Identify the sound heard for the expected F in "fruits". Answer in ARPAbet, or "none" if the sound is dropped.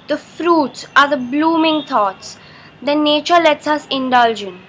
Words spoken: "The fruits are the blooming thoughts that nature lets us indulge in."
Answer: F